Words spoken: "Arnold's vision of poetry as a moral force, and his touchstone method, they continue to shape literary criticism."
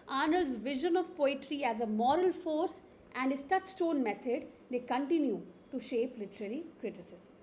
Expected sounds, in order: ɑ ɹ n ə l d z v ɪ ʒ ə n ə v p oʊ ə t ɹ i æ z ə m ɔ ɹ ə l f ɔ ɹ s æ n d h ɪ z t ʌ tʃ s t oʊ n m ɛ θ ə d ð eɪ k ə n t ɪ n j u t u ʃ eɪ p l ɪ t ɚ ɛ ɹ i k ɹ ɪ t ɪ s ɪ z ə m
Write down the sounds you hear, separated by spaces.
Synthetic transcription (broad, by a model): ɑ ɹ n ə l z v ɪ ʒ ə n ə v p oʊ ə t ɹ i æ z ə m ɔ ɹ ə l f ɔ ɹ s æ n d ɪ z t ʌ tʃ s t oʊ n m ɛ t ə d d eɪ k ə n t ɪ n j u t u ʃ eɪ p l ɪ t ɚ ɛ ɹ i k ɹ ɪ t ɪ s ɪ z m